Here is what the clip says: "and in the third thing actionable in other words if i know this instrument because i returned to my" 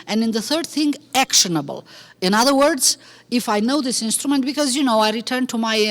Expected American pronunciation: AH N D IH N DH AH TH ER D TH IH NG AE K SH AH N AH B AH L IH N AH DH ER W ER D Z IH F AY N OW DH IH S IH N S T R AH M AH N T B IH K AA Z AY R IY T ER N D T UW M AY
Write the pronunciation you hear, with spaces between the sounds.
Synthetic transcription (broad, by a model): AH N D IH N DH AH TH ER D TH IH NG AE K SH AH N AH B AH L IH N AH DH ER W ER D Z IH F AY N OW DH IH S IH N S T R AH M AH N T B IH K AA Z AY R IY T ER N T UW M AY